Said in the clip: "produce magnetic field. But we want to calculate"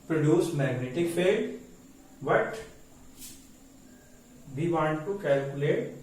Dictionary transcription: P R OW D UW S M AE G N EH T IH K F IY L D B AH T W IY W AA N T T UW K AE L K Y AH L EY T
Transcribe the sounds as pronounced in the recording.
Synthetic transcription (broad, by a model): P R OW D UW S M AE G N EH T IH K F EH D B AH T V IY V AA N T T UW K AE L K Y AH L EY T